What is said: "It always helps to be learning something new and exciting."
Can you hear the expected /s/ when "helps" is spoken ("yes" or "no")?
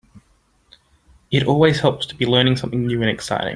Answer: no